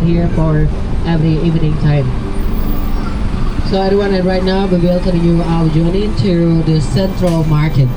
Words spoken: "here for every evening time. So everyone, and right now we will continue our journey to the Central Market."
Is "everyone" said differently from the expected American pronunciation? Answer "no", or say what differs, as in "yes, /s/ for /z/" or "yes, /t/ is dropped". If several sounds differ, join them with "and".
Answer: yes, /v/ is dropped